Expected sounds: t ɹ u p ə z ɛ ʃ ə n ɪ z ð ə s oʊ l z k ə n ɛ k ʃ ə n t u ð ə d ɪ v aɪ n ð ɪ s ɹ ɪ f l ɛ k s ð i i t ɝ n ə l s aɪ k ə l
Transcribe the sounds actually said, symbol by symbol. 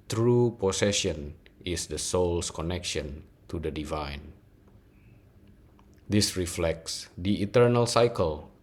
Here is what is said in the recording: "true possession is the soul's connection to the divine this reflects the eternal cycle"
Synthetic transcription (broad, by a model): t ɹ u p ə s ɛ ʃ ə n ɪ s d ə s oʊ l s k ə n ɛ k ʃ ə n t u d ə d ɪ v aɪ n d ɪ s ɹ ɪ f l ɛ k s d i i t ɝ n ə l s aɪ k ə l